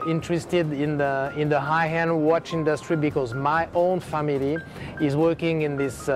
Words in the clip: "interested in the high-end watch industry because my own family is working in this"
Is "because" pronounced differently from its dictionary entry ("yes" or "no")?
no